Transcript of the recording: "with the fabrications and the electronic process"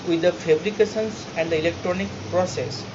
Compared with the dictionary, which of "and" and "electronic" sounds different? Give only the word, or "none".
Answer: none